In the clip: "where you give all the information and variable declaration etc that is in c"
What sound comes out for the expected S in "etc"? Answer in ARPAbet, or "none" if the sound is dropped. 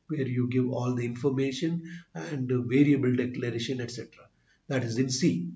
S